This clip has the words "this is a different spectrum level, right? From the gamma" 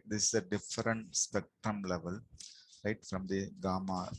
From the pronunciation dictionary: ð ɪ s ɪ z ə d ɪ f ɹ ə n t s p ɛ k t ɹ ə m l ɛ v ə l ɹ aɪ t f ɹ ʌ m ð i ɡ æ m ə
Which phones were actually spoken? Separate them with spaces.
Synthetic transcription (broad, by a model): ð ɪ s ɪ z ə d ɪ f ɹ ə n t s p ɛ k t ɹ ə m l ɛ v ə l ɹ aɪ t f ɹ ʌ m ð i ɡ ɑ m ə